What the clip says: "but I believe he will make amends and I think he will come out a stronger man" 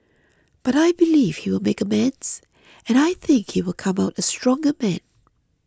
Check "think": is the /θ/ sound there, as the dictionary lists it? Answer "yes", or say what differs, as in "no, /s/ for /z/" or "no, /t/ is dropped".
yes